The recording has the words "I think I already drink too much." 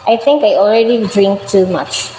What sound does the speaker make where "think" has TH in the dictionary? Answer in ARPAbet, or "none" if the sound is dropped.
T